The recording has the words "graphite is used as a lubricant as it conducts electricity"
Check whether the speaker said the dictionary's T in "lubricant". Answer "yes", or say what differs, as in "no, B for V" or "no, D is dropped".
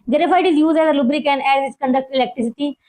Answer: no, T is dropped